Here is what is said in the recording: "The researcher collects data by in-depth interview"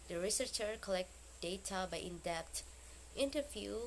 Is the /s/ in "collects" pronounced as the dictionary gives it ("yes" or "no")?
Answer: no